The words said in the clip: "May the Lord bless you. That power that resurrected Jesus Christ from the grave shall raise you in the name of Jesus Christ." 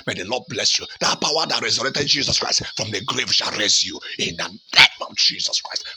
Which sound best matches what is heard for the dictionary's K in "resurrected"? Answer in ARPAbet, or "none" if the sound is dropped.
none